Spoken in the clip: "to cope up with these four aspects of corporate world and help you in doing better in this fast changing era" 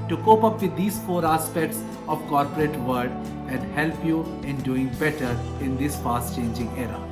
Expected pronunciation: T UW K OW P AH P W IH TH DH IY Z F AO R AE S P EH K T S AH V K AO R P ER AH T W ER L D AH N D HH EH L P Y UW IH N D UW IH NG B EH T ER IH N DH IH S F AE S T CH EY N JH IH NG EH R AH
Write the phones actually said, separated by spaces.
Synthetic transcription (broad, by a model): T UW K OW P AH P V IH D IY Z F AO R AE S P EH K T S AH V K AO R P ER AH T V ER D AH N D HH EH L P Y UW IH N D UW IH NG B EH T ER IH N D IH S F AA S T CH EY N JH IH NG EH R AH